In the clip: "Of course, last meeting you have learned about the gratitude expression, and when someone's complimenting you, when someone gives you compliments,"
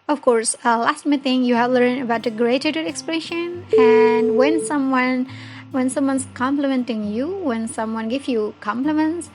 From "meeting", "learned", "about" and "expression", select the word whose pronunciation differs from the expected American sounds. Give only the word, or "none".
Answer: learned